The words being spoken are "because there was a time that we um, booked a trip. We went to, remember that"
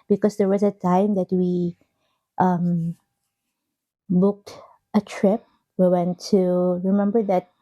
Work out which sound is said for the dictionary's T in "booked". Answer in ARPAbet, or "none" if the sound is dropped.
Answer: T